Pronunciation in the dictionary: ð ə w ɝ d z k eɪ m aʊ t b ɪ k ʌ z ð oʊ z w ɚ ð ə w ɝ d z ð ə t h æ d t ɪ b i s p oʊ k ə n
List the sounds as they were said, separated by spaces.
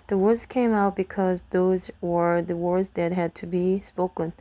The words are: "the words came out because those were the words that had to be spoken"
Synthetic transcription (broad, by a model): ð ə w ɝ d z k eɪ m aʊ t b ɪ k ʌ z ð oʊ z w ɚ ð ə w ɝ d z ð ə t h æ d t ɪ b i s p oʊ k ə n